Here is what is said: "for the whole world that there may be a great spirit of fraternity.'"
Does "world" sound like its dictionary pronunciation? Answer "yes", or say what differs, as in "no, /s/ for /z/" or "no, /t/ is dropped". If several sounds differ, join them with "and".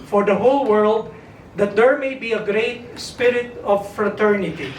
yes